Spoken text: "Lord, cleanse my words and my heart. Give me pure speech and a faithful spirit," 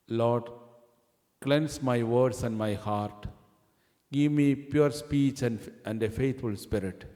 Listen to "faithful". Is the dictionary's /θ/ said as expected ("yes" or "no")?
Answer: no